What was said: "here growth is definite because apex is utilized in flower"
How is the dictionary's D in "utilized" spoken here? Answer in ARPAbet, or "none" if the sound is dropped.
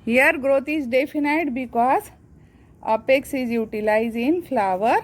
none